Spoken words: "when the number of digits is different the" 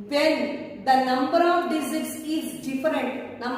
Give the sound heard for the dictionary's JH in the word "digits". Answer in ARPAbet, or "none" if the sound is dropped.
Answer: Z